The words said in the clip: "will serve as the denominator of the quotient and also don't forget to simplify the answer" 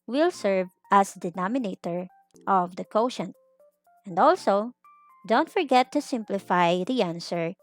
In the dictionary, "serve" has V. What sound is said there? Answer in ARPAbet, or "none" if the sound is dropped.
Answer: V